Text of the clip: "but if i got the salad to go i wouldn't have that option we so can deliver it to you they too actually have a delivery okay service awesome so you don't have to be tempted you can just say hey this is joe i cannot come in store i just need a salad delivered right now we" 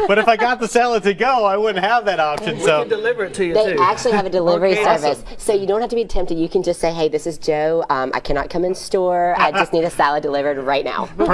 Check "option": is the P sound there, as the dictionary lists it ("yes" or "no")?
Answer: yes